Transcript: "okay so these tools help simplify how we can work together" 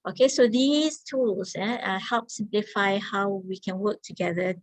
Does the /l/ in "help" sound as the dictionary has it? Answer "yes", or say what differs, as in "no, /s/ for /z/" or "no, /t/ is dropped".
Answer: yes